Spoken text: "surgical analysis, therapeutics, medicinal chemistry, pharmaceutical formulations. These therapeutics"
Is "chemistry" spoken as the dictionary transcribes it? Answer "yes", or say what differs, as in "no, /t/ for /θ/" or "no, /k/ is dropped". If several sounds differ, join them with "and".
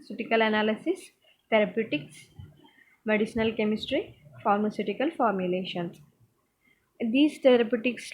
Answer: yes